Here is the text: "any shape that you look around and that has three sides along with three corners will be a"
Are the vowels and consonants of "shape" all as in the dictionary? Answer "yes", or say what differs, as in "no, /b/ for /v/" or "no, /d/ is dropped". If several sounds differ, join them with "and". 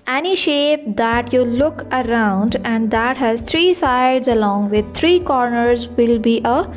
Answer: yes